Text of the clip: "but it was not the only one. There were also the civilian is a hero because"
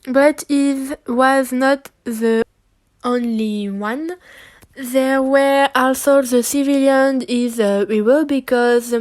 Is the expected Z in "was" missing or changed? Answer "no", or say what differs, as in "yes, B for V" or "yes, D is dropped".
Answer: no